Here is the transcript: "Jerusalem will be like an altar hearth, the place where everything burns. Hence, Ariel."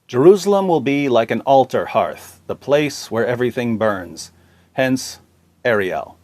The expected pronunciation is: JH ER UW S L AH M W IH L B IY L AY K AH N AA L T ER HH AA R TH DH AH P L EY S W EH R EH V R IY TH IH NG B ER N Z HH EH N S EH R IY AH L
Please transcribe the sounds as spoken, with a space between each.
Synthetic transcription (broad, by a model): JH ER UW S L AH M W IH L B IY L AY K AH N AA L T ER HH AA R TH DH AH P L EY S W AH R EH V R IY TH IH NG B ER N Z HH EH N S EH R IY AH L